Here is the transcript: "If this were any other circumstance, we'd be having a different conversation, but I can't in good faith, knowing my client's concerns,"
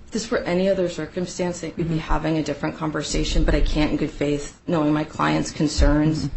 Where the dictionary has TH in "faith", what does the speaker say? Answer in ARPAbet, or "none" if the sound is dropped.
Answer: TH